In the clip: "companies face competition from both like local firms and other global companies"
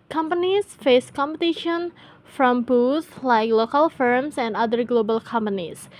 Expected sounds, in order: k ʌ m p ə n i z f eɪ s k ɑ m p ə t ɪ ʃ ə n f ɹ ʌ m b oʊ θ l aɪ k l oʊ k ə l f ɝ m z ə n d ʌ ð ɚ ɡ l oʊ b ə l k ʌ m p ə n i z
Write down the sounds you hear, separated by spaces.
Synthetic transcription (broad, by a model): k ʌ m p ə n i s f eɪ s k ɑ m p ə t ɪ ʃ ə n f ɹ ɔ m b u s l aɪ k l oʊ k ə l f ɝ m s ə n d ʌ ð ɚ ɡ l oʊ b ə l k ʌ m p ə n i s